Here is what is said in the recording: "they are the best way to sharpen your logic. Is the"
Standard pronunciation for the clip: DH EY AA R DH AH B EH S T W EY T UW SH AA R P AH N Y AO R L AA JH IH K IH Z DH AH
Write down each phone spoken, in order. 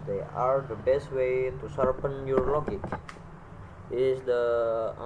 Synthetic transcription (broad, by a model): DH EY AA R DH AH B EH S T W EY T UW S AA R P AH N Y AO R L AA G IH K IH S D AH